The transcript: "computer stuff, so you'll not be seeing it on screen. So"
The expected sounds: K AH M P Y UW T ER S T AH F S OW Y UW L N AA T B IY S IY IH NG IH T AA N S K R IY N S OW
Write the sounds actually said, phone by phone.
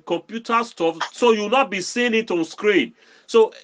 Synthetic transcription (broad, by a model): K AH M P Y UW T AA S T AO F S OW Y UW W N AA T B IY S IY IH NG IH T AA N S K R IY N S OW